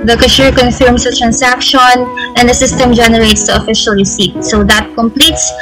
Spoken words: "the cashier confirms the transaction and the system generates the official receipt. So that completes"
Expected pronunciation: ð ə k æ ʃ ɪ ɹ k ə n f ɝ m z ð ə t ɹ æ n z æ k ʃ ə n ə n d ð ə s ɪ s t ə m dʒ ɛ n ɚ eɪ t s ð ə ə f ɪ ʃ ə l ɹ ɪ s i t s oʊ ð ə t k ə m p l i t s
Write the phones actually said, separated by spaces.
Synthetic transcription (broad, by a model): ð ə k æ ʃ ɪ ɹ k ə n f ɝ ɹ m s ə t ɹ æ n s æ k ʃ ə n ə n d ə s ɪ s t ə m dʒ ɛ n ɚ eɪ t s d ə ə f ɪ ʃ ə l ɹ ɪ s i t s oʊ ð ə t k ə m p l i t s